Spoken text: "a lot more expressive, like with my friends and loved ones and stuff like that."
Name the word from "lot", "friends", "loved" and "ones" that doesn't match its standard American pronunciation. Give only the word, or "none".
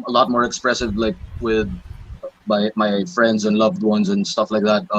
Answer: none